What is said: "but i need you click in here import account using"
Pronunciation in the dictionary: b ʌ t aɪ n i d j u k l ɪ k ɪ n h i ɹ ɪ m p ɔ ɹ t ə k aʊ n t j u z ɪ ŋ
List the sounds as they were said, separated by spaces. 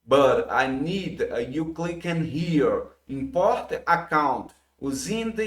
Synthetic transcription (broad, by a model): b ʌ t aɪ n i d j u k l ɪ k ɪ n h i ɹ ɪ m p ɔ ɹ t ə k aʊ n t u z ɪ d